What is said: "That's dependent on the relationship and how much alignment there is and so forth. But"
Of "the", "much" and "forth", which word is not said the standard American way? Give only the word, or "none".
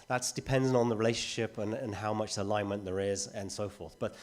none